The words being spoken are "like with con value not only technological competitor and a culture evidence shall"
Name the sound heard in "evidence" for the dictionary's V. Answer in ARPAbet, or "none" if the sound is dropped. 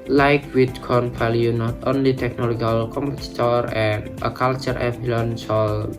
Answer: B